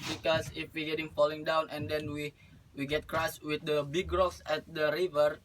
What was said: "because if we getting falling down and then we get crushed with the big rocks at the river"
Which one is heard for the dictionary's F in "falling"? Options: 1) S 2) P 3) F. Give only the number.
3